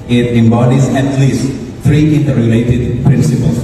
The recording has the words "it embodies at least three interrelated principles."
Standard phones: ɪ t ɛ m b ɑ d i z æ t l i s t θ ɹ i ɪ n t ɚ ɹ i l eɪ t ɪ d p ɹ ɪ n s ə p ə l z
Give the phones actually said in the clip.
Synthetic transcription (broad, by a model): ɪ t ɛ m b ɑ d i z æ t l i s t t ɹ i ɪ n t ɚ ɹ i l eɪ t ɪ d p ɹ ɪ n s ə p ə l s